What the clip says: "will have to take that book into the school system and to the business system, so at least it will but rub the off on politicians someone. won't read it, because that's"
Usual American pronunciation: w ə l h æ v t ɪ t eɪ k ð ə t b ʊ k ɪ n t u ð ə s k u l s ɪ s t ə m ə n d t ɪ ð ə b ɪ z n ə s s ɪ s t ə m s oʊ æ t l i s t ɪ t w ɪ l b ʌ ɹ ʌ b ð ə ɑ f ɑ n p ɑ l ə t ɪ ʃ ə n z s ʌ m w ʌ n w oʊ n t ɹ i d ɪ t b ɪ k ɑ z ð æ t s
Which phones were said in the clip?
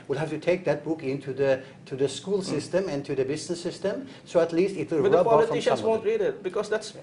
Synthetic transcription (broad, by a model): w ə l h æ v t ɪ t eɪ k ð ə t b ʊ k ɪ n t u ð ə s k u l s ɪ s t ə m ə n t ɪ ð ə b ɪ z n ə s s ɪ s t ə m s oʊ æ t l i s t ɪ t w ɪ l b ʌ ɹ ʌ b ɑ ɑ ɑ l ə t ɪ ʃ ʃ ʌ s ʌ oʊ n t ɹ i d ɪ t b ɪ k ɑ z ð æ t s